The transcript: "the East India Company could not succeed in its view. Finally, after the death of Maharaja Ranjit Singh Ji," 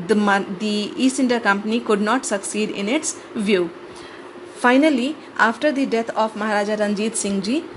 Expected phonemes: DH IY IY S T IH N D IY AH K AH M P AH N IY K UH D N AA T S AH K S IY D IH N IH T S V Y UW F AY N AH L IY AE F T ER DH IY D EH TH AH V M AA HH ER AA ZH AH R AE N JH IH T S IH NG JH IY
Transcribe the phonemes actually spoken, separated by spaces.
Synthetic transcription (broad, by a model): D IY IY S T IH N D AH K AH M P AH N IY K UH D N AA T S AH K S IY D IH N IH T S V Y UW F AY N AH L IY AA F T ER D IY D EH T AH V M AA HH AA AA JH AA R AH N JH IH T S IH NG JH IY